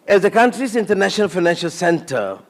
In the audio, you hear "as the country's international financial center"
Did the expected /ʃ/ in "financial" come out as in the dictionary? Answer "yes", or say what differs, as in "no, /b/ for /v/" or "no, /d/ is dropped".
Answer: yes